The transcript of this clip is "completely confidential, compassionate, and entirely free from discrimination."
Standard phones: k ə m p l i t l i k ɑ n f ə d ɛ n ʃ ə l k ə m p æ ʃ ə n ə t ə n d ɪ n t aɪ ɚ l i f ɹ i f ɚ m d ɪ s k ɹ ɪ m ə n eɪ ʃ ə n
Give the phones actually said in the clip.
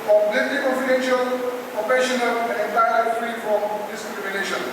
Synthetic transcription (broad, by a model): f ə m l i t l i k ɑ n f ə d ɛ n ʃ ə l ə p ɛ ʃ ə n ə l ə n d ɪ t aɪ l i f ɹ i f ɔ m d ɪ s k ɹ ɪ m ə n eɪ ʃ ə n